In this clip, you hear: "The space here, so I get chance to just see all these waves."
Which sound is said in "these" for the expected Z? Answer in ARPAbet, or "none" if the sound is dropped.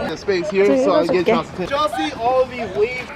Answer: none